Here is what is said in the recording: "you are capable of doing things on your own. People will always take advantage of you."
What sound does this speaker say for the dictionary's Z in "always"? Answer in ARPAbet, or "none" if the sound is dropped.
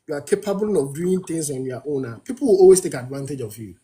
S